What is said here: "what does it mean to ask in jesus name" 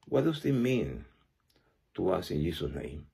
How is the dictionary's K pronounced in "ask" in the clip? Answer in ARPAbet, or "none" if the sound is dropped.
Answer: none